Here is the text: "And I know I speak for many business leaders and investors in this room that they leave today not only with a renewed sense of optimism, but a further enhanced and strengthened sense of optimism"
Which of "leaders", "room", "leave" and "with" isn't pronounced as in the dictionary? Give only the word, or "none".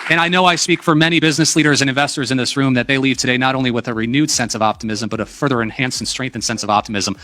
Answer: none